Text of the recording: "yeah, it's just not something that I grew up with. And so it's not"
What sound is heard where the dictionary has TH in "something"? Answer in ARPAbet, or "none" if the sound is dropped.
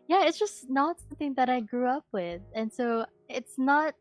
TH